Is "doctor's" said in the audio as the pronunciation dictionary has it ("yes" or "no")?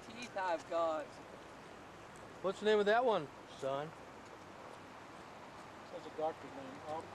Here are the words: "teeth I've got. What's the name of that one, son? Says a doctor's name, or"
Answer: no